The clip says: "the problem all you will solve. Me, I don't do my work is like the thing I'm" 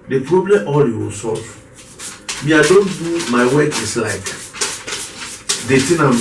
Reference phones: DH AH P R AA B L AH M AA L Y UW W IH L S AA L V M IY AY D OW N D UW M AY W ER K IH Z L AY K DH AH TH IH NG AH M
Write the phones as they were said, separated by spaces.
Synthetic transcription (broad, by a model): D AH P R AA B L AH M AA L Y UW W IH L S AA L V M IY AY D OW N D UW M AY W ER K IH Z L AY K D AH T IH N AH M